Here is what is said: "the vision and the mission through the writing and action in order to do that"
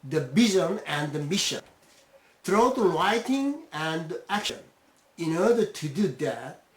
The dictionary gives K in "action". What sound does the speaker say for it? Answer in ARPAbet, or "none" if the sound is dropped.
K